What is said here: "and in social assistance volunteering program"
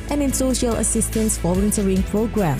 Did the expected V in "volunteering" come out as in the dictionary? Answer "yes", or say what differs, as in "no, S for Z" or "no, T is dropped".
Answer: no, F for V